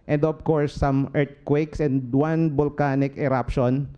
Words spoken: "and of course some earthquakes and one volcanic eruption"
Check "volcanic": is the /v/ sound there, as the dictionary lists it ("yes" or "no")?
no